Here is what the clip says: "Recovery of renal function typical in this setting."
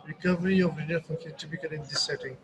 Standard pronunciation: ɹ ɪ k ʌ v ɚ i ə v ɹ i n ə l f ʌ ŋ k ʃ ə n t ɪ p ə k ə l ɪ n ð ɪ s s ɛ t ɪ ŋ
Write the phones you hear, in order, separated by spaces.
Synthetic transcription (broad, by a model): ɹ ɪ k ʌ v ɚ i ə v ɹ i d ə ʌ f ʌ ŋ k ə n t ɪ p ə k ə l ɪ n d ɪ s s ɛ t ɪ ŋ